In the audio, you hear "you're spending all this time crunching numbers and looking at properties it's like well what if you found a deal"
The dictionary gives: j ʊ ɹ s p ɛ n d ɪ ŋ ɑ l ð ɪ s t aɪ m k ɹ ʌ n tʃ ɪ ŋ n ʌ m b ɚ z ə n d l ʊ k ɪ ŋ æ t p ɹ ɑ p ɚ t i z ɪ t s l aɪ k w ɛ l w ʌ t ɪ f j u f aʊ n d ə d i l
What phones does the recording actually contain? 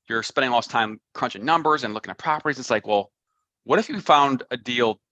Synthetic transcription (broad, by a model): j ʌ ɹ s p ɛ n d ɪ ŋ l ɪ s t aɪ m k ɹ ʌ n tʃ ɪ ŋ n ʌ m b ɚ z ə n l ʊ k ɪ ŋ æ t p ɹ ɑ p ɚ t i z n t s l aɪ k w ɛ l w ʌ t ɪ f j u f aʊ n d ə d i l